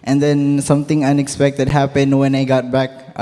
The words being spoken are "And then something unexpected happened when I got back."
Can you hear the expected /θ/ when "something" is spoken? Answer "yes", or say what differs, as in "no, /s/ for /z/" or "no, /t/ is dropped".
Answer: no, /t/ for /θ/